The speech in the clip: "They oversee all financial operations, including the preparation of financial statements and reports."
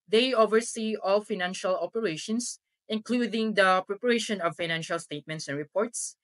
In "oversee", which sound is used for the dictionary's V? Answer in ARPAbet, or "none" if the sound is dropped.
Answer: V